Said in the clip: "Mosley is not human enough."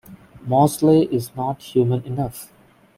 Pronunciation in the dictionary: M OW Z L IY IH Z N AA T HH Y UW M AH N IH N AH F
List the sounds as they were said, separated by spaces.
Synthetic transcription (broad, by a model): M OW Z L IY IH Z N AA T HH Y UW M AH N IH N AH F